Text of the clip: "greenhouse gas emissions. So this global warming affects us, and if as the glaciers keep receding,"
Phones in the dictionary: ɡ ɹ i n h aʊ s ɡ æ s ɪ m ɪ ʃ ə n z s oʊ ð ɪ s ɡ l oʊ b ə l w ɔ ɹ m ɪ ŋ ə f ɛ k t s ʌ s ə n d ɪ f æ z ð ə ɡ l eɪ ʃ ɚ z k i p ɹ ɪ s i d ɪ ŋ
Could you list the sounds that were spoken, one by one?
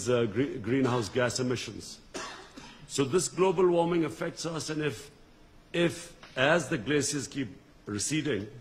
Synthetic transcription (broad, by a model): ɡ ɹ i n h aʊ s ɡ æ s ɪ m ɪ ʃ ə n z s oʊ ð ɪ s ɡ l oʊ b ə l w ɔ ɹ m ɪ ŋ ə f ɛ k t s ʌ s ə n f ɪ f æ z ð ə ɡ l eɪ s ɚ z k i p ɹ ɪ s i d ɪ ŋ